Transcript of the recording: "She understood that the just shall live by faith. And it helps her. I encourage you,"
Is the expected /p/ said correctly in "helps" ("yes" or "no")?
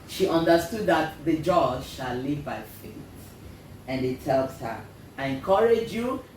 no